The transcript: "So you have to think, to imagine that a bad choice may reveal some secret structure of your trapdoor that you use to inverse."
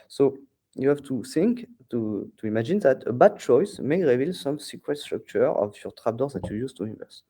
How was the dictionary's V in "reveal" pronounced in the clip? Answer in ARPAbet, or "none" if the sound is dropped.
V